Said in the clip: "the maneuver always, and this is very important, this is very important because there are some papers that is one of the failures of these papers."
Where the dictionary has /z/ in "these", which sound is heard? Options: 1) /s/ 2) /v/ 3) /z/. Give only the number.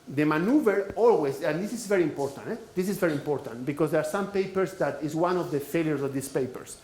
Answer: 1